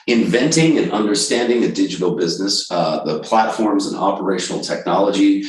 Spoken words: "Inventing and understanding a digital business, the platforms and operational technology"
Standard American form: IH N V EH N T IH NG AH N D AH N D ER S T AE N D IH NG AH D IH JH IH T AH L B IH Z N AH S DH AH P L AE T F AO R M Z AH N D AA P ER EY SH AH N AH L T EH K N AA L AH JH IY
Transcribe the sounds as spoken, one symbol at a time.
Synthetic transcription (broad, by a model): IH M V EH N T IH NG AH N AH N D ER S T AE N D IH NG AH D IH JH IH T L B IH Z N AH S DH AH P L AE T F AO R M Z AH N AA P ER EY SH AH N L T EH K N AA L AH JH IY